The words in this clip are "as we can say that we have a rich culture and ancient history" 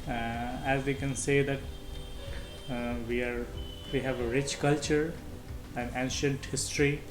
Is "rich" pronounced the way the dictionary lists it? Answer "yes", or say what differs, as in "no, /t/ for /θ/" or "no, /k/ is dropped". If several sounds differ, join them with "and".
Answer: yes